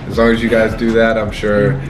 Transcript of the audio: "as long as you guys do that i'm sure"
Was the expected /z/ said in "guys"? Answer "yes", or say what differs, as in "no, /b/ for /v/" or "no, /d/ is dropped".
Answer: yes